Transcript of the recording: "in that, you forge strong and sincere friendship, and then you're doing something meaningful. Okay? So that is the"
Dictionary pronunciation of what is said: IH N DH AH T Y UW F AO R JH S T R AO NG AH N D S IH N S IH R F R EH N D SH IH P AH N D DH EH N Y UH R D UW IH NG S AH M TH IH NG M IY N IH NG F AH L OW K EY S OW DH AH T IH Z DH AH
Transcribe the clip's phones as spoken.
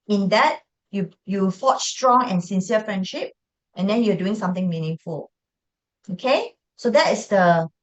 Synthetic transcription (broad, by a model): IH N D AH T Y UW F AO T S T R AO NG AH N S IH N S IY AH F R EH N D SH IH P AH N D EH N Y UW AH D UW IH NG S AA M T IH NG M IY N IH NG F AH L OW K EY S OW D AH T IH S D AH